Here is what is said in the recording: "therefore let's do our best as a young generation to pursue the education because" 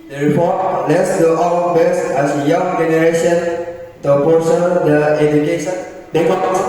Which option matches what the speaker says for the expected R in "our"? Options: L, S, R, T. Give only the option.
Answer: L